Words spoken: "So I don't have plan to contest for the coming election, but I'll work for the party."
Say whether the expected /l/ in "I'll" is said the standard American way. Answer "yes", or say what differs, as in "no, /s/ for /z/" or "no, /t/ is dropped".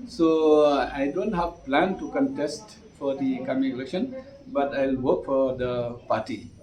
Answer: yes